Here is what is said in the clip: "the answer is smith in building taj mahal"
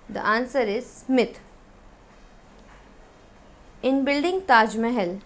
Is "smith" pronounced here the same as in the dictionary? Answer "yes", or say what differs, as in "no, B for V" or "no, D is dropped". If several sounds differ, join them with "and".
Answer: no, T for TH